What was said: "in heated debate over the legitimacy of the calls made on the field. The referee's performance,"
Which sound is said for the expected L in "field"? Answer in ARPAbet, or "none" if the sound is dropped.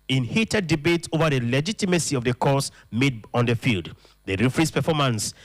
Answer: L